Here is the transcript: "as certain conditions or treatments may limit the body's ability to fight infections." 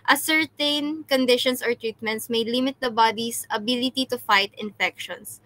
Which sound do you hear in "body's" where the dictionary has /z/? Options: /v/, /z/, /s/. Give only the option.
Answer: /s/